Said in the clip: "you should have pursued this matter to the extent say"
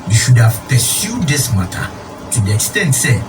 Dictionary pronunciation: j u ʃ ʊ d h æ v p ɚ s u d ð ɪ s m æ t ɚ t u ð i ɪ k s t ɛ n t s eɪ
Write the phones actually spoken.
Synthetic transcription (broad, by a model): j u ʃ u d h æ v p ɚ s u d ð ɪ s m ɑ t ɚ t u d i ɪ k s t ɛ n t s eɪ